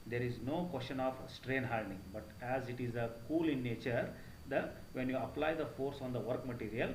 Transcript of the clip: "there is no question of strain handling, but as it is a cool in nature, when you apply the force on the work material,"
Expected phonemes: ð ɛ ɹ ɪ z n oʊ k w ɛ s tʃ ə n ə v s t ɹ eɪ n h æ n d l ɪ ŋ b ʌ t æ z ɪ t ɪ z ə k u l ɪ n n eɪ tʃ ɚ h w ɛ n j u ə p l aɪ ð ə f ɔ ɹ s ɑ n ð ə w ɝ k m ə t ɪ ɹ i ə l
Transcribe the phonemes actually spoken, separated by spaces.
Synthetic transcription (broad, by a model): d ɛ ɹ ɪ z n oʊ k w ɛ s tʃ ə n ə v s t ɹ eɪ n h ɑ l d ɪ ŋ b ʌ t æ z ɪ t ɪ z ə k u l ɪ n n eɪ tʃ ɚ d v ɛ n j u ə p l aɪ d ə f ɔ ɹ s ɑ n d ə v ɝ k m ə t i ɹ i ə l